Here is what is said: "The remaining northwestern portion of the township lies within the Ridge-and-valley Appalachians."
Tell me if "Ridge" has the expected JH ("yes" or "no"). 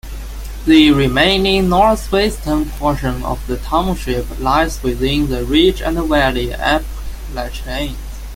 no